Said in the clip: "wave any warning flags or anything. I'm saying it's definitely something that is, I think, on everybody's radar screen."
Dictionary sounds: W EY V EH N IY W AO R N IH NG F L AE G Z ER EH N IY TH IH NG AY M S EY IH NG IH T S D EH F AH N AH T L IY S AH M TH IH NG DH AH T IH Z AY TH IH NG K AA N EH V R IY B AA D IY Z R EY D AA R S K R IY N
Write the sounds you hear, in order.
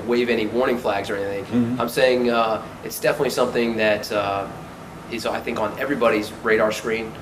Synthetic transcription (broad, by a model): W EY V EH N IY W AO R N IH NG F L AE G Z ER EH N IY TH IH NG AY M S EY IH NG IH T S D EH F AH N AH T L IY S AH M TH IH NG DH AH T IH Z AY TH IH NG K N EH V R IY B AA D IY Z R EY D AA R S K R IY N